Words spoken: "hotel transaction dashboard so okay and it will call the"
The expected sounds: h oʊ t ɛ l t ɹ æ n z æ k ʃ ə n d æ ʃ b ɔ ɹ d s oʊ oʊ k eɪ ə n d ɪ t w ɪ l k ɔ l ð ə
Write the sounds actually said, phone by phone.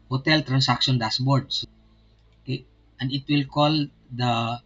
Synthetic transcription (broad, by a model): h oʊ t ɛ l t ɹ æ n s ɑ k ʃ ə n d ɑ s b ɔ ɹ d s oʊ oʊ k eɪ ə n d ɪ t w ɪ l k ɔ l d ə